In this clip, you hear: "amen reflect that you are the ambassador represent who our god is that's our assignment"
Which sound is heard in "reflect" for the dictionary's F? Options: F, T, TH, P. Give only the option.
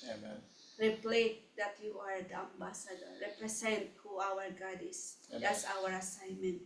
P